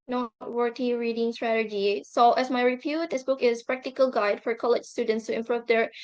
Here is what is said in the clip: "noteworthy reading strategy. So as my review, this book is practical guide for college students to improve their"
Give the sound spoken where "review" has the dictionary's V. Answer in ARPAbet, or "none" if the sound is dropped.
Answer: P